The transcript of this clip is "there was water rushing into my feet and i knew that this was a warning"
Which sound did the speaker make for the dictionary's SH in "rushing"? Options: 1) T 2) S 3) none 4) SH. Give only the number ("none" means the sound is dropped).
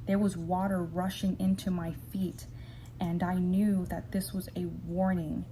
4